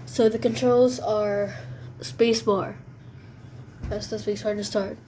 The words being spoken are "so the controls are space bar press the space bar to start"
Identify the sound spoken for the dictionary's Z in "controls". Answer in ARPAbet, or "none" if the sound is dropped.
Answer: Z